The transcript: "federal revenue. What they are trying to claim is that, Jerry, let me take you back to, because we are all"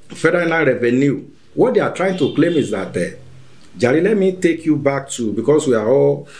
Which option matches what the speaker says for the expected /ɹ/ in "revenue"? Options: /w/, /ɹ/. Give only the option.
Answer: /ɹ/